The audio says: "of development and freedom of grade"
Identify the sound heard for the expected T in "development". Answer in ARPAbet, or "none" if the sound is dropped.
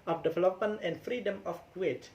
none